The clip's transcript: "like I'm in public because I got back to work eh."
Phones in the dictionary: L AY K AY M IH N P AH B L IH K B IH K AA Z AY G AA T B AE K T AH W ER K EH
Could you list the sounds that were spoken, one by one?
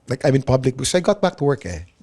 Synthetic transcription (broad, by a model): L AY K AY M IH N P AH B L IH K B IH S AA IH G AA T B AE K T AH W ER K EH